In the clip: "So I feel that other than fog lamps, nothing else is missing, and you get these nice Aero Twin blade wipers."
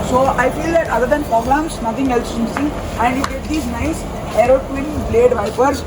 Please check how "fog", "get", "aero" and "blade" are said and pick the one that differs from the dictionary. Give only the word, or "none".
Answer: fog